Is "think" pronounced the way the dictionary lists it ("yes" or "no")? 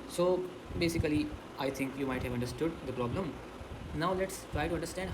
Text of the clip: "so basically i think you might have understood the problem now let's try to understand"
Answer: no